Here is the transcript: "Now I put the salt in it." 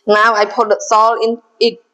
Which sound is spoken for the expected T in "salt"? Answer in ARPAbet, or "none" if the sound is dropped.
none